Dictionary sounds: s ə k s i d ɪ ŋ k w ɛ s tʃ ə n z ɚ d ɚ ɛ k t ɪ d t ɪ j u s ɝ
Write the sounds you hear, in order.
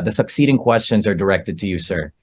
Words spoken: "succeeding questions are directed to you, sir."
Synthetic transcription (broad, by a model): s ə k s i d ɪ ŋ k w ɛ s tʃ ə n z ɚ d ɚ ɛ k t ɪ d t ɪ j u s ɝ